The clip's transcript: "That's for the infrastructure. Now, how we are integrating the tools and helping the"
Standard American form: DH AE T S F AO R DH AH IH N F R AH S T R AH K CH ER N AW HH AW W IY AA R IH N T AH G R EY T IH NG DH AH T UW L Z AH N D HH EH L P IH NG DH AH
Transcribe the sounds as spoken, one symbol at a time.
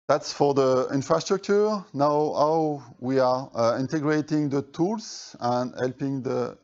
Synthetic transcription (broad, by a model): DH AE T S F AO R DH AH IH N F R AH S T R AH K CH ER N AW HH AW W IY AA R IH N T AH G R EY T IH NG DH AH T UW L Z AH N D HH EH L P IH NG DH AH